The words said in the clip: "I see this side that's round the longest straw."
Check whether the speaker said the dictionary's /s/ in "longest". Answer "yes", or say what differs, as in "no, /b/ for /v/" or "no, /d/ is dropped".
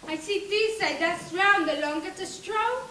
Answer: no, /s/ is dropped